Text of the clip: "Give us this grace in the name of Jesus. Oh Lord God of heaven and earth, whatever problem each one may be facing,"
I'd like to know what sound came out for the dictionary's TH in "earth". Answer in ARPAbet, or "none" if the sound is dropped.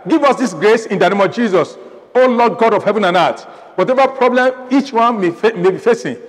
T